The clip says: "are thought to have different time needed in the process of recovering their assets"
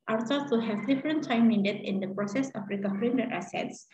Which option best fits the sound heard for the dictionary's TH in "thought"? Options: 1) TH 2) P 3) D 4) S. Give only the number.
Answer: 4